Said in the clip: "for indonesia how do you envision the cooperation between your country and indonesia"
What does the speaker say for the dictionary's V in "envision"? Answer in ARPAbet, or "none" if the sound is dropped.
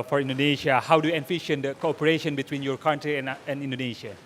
F